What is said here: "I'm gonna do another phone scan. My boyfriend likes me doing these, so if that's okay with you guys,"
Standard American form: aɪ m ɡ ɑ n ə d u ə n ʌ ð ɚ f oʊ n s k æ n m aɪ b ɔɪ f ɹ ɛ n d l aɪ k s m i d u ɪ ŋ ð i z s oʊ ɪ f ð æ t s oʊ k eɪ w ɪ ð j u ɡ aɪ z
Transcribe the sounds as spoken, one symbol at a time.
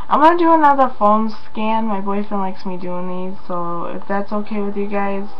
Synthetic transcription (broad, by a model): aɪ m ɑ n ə d u ə n ʌ ð ɚ f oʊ l s k æ n m aɪ b ɔɪ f ɛ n l aɪ k s m i d u ɪ ŋ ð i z s oʊ ɪ f ð æ t s oʊ k eɪ w ɪ ð j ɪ ɡ aɪ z